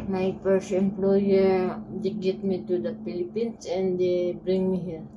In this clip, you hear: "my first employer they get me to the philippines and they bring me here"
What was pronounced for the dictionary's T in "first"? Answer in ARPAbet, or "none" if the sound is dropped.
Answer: none